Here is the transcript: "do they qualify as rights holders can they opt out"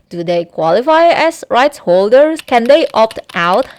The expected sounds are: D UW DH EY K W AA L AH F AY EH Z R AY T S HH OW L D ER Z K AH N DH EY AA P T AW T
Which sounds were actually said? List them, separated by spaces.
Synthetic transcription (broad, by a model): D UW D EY K W AA L AH F AY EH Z R AY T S HH OW L D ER S K AH N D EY AA P T AW T